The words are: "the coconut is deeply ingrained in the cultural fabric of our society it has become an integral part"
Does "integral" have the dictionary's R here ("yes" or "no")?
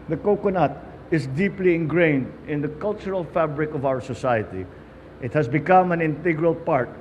yes